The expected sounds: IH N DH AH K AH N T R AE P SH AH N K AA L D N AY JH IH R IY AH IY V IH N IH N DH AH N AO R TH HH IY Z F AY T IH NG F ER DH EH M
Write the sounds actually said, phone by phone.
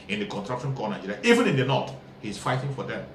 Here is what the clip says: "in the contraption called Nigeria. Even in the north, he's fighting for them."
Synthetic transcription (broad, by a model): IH N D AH K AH N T R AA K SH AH N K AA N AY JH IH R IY IY V IH N IH N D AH N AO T HH IY S F AY T IH NG F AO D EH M